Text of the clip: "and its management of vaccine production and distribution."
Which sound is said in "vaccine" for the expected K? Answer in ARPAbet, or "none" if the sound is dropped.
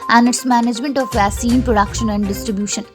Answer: none